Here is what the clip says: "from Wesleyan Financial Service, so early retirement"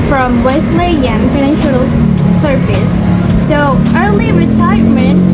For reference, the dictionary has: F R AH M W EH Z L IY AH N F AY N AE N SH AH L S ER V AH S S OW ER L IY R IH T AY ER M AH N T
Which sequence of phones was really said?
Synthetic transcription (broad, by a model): F R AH M W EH S L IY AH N F AY N AE N SH AH L S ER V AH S S OW ER L IY R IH T AY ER M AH N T